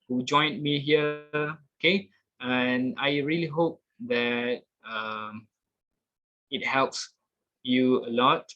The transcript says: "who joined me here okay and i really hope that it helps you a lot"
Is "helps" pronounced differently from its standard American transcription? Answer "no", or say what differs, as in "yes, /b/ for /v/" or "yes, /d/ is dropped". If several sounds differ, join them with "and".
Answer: no